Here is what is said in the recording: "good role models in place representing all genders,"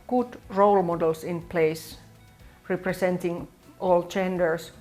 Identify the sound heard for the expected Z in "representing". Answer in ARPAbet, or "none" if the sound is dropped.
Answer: S